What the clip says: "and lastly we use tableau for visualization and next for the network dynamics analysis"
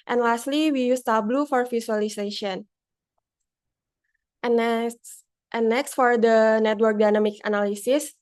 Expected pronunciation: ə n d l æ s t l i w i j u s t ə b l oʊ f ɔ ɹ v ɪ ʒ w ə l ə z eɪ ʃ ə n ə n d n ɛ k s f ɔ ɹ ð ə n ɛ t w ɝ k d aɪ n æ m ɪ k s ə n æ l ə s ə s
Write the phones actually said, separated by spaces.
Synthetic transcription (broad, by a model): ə n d l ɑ s t l i w i j u s t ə b l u f ɔ ɹ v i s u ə l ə s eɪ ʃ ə n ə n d n ɛ k s f ɔ ɹ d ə n ɛ t w ɝ k d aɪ n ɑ m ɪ k ə n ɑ l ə s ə s